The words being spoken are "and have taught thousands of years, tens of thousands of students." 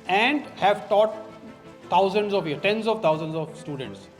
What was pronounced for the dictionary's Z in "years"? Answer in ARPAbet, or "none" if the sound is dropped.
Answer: none